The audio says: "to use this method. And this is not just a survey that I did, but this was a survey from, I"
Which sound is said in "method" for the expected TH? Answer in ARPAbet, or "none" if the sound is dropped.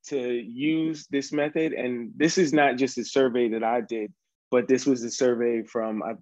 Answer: TH